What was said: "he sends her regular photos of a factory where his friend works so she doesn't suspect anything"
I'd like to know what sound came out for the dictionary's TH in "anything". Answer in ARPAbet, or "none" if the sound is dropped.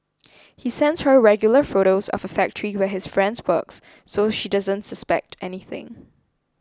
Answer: TH